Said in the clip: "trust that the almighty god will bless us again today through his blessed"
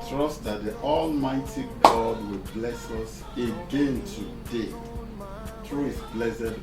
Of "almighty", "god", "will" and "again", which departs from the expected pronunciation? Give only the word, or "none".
none